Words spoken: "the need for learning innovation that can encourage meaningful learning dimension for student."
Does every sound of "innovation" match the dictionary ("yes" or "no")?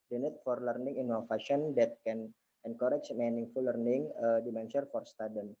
no